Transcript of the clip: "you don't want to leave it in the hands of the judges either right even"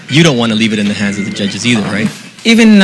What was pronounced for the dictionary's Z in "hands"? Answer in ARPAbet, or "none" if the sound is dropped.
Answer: Z